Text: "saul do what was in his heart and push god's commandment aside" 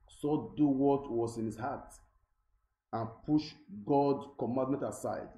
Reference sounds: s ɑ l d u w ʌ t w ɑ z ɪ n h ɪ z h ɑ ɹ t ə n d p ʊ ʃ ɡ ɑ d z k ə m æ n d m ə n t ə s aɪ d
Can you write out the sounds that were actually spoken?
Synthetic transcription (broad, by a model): s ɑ d u w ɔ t w ɑ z ɪ n h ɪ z h ɑ t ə n p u ʃ ɡ ɑ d k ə m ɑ n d m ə n t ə s aɪ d